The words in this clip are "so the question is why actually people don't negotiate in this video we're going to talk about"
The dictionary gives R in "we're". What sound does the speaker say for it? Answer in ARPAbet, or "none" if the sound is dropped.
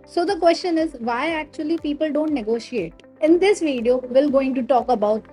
L